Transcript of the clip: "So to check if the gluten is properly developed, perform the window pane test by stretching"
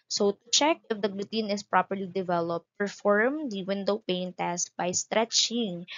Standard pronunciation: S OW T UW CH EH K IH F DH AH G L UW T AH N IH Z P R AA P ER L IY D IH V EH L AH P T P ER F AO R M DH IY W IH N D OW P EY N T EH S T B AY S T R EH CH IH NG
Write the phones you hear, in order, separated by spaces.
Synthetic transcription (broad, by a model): S OW T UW CH EH K IH F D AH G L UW T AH N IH S P R AA P ER L IY D IH V EH L AH P T P ER F AO R M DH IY W IH N D OW P EY N T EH S B AY S T R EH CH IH NG